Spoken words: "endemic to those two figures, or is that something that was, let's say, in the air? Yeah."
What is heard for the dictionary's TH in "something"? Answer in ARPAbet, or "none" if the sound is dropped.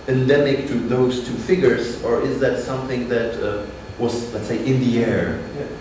TH